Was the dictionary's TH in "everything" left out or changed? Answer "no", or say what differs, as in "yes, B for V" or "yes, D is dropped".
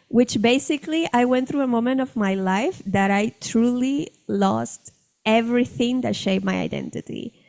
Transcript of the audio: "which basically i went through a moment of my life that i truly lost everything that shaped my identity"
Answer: no